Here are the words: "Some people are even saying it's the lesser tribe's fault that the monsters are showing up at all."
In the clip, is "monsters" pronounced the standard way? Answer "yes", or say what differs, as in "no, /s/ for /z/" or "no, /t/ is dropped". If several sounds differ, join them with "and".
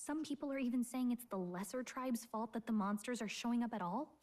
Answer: yes